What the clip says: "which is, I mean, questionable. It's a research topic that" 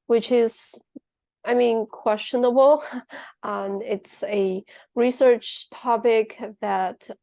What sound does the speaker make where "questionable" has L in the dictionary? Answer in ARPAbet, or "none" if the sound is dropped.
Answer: N